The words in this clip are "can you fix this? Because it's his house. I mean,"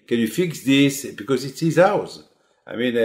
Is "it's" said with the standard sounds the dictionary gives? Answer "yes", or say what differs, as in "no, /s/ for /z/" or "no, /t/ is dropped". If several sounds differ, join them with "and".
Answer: yes